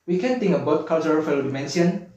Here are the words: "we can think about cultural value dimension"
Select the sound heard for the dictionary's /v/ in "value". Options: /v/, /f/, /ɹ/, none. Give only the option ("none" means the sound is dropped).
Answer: /f/